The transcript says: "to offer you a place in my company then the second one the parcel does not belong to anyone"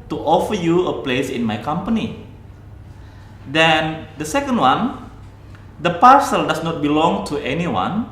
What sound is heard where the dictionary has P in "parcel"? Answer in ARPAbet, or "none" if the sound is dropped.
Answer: P